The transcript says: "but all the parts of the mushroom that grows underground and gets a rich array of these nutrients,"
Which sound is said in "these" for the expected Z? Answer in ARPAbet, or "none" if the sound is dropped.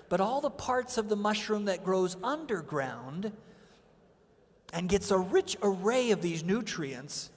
Z